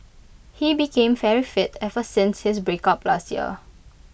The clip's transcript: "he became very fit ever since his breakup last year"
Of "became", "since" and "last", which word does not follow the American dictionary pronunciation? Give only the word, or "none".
none